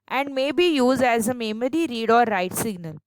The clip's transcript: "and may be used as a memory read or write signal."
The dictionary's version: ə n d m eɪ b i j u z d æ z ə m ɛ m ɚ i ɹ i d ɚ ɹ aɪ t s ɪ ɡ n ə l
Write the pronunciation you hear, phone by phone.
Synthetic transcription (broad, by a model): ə n d m eɪ b i j u z d æ z ə m ɛ m ɚ i ɹ i d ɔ ɹ aɪ t s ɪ ɡ n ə l